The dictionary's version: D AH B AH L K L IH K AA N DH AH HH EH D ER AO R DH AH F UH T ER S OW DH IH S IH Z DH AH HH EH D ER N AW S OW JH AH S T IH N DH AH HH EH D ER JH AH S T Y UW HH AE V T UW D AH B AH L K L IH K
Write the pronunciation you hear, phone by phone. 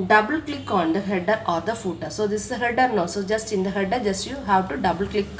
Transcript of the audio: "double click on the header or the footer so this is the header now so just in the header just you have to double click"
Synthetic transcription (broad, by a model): D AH B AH L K L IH K AA N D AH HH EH D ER AO R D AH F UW T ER S OW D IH S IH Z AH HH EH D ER N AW S OW JH AH S T IH N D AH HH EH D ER JH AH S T Y UW HH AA W T UW D AH B AH L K L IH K